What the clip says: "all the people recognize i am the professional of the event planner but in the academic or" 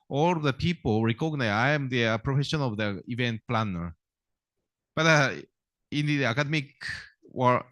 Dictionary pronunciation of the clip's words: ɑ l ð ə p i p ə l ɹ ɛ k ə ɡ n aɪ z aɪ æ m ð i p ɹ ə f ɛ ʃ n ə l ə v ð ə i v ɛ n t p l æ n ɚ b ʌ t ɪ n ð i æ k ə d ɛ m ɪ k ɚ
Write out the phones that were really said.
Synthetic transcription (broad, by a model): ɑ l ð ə p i p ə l ɹ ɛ k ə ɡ n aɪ aɪ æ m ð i p ɹ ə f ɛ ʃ ə n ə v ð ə i v ɛ n t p l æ n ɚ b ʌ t ɪ n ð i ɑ k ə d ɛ m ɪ k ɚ